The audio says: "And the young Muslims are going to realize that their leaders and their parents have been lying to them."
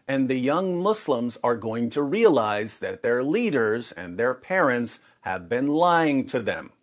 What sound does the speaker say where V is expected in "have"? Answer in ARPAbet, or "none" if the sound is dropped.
V